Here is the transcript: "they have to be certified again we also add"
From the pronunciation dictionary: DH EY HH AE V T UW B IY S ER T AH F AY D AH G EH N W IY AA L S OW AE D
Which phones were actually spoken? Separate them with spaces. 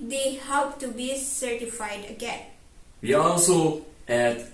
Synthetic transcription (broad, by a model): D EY HH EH P T UW B IY S ER T AH F AY D AH G EH N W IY AA L S OW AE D